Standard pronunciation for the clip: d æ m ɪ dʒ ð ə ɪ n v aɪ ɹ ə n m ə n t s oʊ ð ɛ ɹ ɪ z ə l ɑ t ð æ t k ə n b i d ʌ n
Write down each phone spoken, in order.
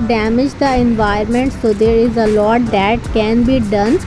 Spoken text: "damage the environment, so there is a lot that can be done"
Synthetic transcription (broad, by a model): d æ m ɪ dʒ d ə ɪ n v aɪ ə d m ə n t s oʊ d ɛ ɹ ɪ z ə l ɑ t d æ t k ə n b i d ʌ n